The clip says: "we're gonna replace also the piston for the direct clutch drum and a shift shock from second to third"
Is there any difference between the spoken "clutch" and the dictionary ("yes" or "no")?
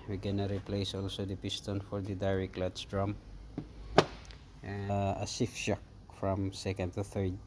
yes